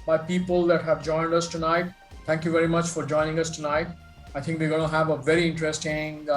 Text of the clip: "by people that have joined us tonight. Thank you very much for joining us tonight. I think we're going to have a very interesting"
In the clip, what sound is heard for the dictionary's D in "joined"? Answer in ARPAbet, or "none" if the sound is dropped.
D